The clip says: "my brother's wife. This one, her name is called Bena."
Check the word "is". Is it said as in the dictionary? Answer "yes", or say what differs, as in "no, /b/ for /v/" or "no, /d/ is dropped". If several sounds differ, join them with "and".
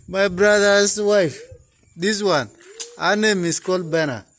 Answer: no, /s/ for /z/